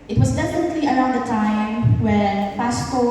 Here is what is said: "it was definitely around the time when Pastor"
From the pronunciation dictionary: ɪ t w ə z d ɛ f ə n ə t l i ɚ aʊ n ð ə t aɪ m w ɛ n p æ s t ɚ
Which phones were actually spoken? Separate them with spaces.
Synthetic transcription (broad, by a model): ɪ t w ə z d ɛ f ə n ə t l i ɚ aʊ n ð ə t aɪ m w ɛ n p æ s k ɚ